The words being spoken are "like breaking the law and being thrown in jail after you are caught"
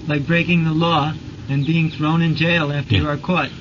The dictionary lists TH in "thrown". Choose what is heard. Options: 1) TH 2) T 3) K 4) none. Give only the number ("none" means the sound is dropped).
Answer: 1